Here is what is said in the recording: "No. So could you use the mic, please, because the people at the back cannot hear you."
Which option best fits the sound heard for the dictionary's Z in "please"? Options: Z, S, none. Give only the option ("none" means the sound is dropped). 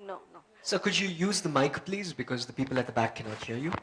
Z